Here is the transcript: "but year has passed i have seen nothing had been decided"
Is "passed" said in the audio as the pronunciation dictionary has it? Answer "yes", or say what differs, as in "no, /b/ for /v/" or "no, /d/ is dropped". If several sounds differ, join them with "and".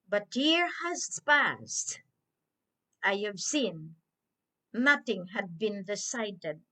yes